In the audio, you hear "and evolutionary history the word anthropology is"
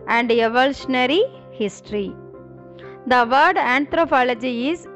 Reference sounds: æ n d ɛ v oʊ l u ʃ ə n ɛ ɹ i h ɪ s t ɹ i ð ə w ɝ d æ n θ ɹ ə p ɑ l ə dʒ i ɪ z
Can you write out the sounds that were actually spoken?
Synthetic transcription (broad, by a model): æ n d ɛ v oʊ l u ʃ ə n ɛ ɹ i h ɪ s t ɹ i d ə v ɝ d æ n t ɹ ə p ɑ l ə dʒ i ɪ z